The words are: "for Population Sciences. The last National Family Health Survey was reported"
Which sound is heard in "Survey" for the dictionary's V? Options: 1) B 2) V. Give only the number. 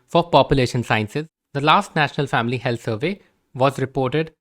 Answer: 2